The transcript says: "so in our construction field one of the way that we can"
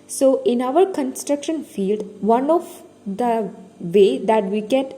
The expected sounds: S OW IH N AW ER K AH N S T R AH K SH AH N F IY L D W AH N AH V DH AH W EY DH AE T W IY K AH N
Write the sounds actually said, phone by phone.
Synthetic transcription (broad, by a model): S OW IH N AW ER K AH N S T R AH K SH AH N F IY L D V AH N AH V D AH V EY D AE T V IY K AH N